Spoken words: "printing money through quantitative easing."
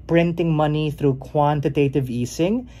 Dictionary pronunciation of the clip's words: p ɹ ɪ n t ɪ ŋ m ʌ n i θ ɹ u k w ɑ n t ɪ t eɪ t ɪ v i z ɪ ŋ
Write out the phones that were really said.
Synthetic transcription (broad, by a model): p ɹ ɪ n t ɪ ŋ m ʌ n i θ ɹ u k w ɑ n t ɪ t eɪ t ɪ v i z ɪ ŋ